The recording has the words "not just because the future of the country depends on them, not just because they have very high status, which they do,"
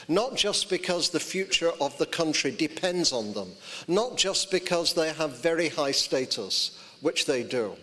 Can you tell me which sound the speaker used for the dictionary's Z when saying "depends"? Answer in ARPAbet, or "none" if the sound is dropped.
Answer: Z